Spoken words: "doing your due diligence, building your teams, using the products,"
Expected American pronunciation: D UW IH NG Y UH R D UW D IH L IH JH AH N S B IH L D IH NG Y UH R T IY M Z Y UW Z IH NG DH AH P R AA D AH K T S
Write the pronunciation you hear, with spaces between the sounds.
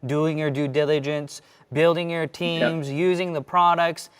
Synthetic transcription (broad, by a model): D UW IH NG Y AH R D UW D IH L IH JH AH N S B IH L D IH NG Y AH R T IY M Z Y UW Z IH NG DH AH P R AA D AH K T S